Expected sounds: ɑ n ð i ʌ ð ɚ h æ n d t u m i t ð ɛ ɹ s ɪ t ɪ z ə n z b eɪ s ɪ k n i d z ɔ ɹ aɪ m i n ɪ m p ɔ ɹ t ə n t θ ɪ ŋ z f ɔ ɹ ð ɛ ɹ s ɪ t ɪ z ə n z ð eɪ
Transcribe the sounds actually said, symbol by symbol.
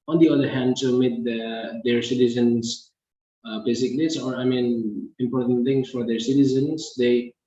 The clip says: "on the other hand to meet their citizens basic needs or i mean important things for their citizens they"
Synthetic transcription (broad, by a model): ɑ n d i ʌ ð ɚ h æ n d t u m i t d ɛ ɹ s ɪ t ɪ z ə n s b eɪ s ɪ k l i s ɔ ɹ aɪ m i n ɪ m p ɔ ɹ t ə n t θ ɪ ŋ s f ɔ ɹ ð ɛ ɹ s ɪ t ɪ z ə n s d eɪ